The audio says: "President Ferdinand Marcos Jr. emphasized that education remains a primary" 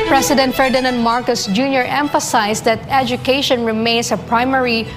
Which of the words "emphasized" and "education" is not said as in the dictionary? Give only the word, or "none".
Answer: emphasized